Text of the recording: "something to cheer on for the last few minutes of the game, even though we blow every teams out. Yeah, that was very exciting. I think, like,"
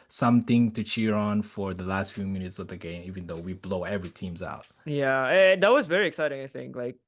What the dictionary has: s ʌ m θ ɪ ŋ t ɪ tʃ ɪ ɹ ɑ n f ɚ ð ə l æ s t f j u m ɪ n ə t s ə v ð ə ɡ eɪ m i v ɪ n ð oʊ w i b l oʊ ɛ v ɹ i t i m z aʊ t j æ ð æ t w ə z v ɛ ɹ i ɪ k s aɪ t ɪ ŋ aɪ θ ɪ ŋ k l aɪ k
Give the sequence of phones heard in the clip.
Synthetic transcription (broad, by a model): s ʌ m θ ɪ ŋ t ɪ tʃ ɪ ɹ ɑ n f ɚ ð ə l æ s t f j u m ɪ n ə t s ə v ð ə ɡ eɪ m i v ɪ n ð oʊ w i b l oʊ ɛ v ɹ i t i m z aʊ t j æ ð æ t w ə z v ɛ ɹ i ɪ k s aɪ t ɪ ŋ aɪ θ ɪ ŋ k l aɪ k